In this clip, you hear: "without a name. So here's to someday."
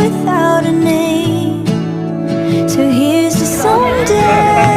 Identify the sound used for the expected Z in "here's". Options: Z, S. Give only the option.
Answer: Z